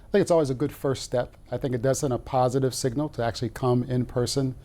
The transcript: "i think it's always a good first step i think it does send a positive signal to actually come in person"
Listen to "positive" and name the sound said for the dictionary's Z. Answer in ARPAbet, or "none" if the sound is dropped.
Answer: Z